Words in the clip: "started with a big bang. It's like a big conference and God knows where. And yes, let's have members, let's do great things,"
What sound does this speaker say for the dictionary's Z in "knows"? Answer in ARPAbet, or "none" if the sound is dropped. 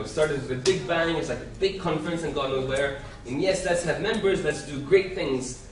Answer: none